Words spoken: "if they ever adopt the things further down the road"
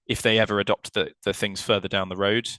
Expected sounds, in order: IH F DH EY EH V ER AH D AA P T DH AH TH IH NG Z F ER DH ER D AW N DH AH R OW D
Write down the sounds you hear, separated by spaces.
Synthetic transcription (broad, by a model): IH F DH EY EH V ER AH D AA P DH DH AH TH IH NG Z F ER DH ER D AW N DH AH R OW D